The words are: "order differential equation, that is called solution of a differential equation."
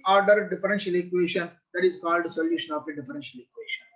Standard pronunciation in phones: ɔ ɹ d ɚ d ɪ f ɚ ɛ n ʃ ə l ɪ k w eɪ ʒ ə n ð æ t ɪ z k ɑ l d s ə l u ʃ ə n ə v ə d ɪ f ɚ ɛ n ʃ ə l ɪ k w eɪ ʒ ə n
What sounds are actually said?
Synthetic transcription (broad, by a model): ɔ ɹ d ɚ d ɪ f ɚ ɛ n ʃ ə l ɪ k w eɪ ʃ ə n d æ t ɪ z k ɑ l d s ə l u ʃ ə n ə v ə d ɪ f ɚ ɛ n ʃ ə l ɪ k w eɪ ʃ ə n